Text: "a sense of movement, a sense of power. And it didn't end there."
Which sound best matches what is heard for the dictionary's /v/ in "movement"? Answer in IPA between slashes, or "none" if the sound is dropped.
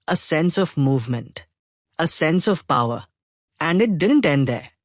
/v/